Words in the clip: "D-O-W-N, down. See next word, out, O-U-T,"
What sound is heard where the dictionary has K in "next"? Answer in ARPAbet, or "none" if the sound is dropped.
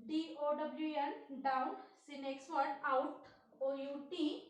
K